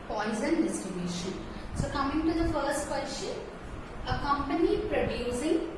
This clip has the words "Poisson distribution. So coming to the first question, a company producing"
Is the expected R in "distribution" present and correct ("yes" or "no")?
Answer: no